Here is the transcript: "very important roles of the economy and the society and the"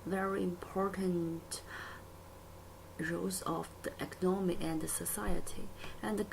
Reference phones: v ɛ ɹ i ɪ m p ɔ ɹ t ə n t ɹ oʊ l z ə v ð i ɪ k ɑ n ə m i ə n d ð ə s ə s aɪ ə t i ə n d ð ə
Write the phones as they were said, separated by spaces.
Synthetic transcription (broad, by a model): v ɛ ɹ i ɪ m p ɔ ɹ t ə n t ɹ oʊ z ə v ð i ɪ k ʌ n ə m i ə n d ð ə s ə s aɪ ə t i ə n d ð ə